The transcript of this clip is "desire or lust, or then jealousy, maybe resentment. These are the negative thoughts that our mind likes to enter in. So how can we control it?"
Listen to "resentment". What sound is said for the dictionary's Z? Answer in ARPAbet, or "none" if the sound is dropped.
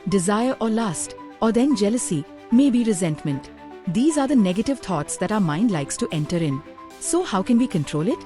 Z